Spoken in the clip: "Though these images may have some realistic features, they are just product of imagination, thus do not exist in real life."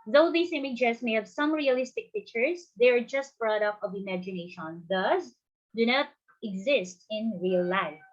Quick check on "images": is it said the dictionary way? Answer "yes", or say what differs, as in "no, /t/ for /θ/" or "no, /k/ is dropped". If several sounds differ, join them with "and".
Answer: no, /s/ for /z/